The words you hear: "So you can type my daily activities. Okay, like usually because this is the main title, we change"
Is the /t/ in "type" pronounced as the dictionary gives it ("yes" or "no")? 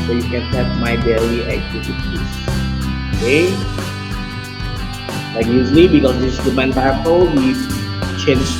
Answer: no